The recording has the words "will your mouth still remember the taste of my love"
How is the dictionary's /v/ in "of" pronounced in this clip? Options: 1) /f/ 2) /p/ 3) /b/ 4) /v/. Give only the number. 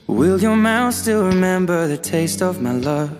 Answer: 4